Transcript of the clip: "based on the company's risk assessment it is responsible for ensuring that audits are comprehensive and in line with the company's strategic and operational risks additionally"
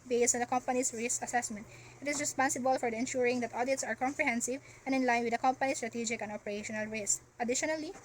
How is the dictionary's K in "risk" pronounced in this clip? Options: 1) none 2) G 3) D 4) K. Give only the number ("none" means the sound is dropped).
1